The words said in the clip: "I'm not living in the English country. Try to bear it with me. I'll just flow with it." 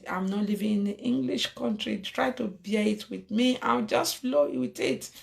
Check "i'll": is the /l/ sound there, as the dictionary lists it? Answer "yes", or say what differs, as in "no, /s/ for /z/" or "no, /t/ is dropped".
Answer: no, /w/ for /l/